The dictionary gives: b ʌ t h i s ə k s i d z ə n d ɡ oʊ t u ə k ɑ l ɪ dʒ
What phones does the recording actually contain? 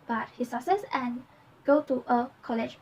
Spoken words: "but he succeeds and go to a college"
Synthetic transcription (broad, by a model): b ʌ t h i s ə s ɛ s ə n ɡ oʊ t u ə k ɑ l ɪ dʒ